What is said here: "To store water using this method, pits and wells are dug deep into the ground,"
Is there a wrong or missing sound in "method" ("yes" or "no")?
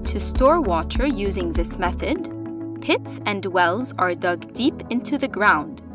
no